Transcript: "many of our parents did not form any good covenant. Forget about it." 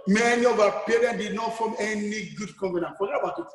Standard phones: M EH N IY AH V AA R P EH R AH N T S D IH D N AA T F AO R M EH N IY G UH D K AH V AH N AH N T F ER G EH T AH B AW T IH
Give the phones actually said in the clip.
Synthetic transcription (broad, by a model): M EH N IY AH V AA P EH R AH N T D IH D N AA T F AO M EH N IY G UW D K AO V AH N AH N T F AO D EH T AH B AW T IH